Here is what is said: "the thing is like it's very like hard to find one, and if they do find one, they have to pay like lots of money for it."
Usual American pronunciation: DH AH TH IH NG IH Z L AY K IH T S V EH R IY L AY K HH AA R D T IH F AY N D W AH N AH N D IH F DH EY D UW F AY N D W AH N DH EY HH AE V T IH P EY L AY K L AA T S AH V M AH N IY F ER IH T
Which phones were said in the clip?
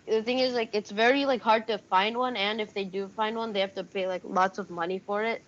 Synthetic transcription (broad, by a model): DH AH TH IH NG IH Z L AY K IH T S V EH R IY L AY K HH AA R D T IH F AY N D W AH N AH N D IH F DH EY D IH F AY N D W AH N DH EY HH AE F T IH P EY L AY K L AA T S AH V M AH N IY F ER IH T